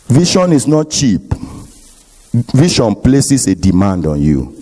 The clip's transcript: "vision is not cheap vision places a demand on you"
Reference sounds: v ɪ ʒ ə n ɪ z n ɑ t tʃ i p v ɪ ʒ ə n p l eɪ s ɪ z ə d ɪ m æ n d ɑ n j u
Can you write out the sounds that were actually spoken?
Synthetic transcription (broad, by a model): v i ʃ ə n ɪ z n ɑ t tʃ i p v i ʃ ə n p l eɪ s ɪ s ə d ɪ m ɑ n d ɑ n j u